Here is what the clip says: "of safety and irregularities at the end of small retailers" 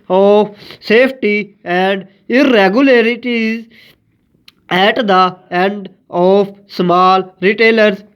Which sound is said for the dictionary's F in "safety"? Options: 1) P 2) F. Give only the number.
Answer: 1